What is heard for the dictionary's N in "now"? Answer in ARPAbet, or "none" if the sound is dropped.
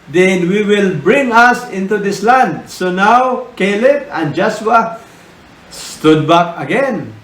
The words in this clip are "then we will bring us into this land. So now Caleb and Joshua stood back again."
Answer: N